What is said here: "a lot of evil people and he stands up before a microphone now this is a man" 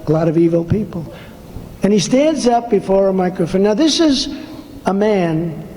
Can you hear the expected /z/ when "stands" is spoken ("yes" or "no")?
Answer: yes